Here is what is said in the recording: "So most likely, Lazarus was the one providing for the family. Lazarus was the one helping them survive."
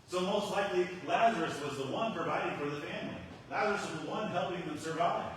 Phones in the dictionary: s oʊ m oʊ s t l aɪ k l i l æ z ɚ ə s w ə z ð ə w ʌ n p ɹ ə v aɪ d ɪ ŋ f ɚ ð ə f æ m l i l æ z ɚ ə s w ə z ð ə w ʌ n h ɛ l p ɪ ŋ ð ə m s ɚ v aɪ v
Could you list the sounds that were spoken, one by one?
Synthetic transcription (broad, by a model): s oʊ m oʊ s t l aɪ k l i l æ z ɚ ə s w ə z ð ə w ʌ n p ɹ ə v aɪ d ɪ ŋ f ɚ ð ə f æ m l i l æ z ɚ ə s w ə z ð ə w ʌ n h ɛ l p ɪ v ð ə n s ɚ v aɪ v